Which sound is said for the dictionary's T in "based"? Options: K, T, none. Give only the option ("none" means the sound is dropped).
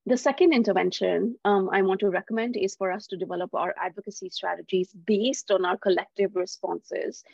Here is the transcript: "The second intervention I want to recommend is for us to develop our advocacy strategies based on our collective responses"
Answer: T